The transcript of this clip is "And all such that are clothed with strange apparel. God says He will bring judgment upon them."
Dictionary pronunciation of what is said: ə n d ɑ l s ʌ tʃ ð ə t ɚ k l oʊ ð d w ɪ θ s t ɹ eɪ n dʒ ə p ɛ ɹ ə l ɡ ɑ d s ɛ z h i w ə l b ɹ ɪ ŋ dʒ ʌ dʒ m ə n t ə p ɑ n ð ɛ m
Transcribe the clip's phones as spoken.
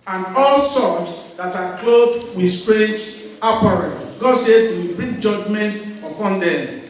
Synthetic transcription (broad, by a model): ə n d ɑ l s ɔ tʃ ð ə t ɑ k l oʊ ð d w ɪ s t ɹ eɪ dʒ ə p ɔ ɹ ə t ɡ ɑ d s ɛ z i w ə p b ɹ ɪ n dʒ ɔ dʒ m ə n t ə p ɑ n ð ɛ m